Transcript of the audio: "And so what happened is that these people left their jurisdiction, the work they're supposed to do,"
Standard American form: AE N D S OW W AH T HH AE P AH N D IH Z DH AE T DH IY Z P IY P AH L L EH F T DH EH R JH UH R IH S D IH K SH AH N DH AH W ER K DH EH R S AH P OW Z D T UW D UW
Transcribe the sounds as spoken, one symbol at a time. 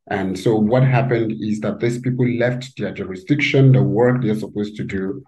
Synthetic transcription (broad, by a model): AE N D S OW W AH T HH AE P AH N D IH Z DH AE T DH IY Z P IY P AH L L EH F T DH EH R JH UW R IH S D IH K SH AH N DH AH W ER K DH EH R S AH P OW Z T UW D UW